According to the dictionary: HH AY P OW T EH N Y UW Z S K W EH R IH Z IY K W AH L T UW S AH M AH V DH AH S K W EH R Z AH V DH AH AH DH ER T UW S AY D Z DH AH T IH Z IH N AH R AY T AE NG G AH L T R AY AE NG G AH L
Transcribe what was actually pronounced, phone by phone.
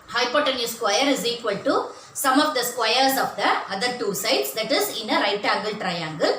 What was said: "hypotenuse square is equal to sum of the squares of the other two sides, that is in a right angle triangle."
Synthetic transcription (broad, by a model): HH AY P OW T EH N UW S K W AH R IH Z IY K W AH L T UW S AH M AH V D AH S K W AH R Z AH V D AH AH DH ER T UW S AY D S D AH T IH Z IH N AH R AY T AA G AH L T R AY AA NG G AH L